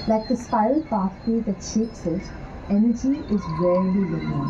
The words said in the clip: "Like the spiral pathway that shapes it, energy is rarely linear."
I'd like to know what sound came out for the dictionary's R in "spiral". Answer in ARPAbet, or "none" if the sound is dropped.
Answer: none